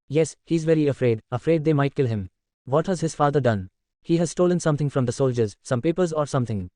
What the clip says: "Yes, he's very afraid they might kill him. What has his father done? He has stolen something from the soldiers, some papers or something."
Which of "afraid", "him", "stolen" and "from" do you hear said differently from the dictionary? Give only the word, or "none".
none